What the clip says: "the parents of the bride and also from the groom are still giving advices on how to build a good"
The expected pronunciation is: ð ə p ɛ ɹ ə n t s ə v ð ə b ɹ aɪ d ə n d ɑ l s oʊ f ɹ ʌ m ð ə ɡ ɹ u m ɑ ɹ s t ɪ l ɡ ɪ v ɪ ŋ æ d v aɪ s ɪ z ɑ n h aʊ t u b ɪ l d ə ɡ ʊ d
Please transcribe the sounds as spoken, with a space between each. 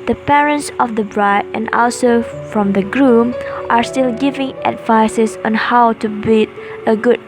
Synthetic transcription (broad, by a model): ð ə p ɛ ɹ ə n t s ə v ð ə b ɹ aɪ d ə n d ɑ l s oʊ f ɹ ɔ m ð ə ɡ ɹ u m ɑ ɹ s t ɪ l ɡ ɪ v ɪ ŋ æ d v aɪ s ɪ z ɑ n h aʊ t u b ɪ d ə ɡ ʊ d